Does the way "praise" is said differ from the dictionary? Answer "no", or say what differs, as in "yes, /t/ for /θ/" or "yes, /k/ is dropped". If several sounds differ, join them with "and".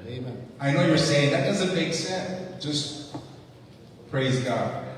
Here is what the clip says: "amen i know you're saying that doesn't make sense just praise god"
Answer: no